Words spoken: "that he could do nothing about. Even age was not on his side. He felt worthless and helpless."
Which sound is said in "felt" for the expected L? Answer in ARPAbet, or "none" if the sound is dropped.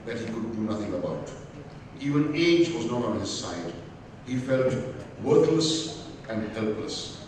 L